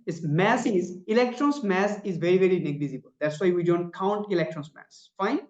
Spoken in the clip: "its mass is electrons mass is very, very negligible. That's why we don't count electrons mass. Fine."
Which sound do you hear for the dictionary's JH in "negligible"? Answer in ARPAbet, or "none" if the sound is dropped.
Z